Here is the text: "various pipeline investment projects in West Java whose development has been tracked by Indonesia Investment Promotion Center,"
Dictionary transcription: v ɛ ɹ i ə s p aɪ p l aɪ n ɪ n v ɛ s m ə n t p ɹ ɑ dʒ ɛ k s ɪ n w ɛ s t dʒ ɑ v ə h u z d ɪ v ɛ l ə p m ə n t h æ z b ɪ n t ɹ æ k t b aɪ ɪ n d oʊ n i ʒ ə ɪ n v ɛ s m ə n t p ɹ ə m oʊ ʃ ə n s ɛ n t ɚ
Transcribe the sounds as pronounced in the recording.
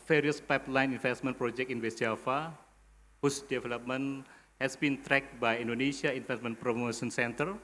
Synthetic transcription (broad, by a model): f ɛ ɹ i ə s p aɪ p l aɪ n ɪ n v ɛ s m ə n p ɹ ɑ dʒ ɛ k ɪ n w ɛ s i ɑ f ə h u s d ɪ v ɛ l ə p m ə n h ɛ s b ɪ n t ɹ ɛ k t b aɪ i n d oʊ n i s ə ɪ n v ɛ s m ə n p ɹ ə m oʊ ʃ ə n s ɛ n t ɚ